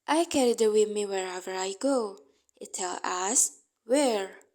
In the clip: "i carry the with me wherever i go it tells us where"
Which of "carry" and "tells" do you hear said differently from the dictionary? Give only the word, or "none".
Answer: tells